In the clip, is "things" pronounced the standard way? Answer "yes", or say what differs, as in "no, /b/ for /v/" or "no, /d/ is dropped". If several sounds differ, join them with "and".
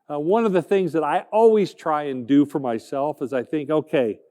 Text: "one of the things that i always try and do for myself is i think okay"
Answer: yes